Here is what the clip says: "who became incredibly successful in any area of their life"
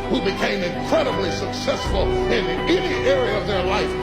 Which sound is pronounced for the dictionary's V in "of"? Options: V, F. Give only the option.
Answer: V